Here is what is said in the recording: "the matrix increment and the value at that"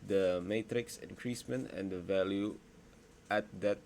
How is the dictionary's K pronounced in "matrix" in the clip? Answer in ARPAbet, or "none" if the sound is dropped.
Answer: K